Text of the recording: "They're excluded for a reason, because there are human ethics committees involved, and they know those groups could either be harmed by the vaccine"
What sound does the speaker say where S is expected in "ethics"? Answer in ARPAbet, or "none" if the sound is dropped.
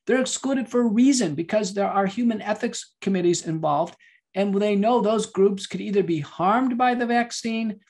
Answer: S